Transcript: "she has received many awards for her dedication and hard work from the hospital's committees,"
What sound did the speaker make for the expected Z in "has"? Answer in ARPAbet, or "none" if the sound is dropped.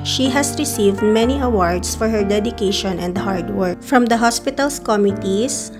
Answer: S